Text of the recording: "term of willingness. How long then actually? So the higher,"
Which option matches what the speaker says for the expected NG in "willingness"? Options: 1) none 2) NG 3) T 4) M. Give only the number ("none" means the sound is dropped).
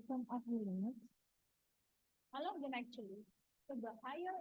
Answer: 1